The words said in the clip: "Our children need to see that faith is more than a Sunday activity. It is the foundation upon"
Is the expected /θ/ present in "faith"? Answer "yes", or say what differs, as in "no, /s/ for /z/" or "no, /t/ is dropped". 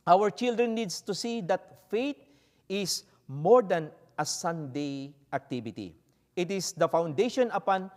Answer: no, /t/ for /θ/